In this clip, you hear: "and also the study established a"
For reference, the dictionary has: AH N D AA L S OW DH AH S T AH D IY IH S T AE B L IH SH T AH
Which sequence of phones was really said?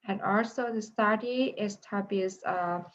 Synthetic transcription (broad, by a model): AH N AA L S OW DH AH S T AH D IY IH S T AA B IH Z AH